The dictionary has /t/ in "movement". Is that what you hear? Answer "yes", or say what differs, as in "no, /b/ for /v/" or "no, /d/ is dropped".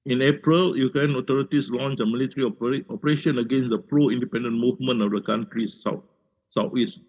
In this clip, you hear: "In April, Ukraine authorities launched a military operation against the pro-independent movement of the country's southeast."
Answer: no, /t/ is dropped